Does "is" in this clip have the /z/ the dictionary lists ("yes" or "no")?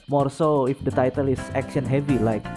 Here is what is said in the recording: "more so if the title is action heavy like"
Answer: no